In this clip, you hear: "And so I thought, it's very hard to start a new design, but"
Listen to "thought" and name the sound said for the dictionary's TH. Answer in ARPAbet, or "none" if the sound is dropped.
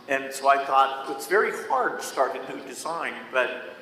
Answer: TH